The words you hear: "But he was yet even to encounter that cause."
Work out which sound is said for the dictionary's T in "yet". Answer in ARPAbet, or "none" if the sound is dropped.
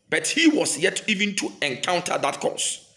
T